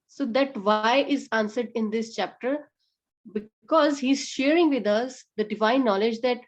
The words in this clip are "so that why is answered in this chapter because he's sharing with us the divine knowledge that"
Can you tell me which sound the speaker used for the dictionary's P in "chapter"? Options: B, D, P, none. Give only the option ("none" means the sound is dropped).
P